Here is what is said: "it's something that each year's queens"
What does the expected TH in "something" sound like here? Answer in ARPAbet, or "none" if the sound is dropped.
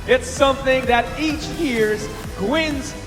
TH